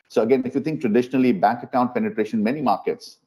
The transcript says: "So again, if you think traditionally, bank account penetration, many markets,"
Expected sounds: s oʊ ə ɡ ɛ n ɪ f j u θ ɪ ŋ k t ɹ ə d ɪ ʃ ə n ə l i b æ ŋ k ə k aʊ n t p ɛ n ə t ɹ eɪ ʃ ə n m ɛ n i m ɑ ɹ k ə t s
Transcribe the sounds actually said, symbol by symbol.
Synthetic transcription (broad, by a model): s oʊ ə ɡ ɛ n ɪ f j u t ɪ ŋ k t ɹ ə d ɪ ʃ ə n ə l i b æ ŋ k ə k aʊ n t p ɛ n ə t ɹ eɪ ʃ ə n m ɛ n i m ɑ ɹ k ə t s